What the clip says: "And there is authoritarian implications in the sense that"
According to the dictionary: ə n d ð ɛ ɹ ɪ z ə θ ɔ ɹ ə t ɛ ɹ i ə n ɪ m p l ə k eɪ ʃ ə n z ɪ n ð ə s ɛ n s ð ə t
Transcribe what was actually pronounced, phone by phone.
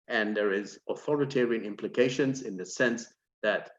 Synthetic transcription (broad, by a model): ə n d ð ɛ ɹ ɪ z ə θ ɔ ɹ ə t ɛ ɹ i ə n ɪ m p l ə k eɪ ʃ ə n z ɪ n ð ə s ɛ n s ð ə t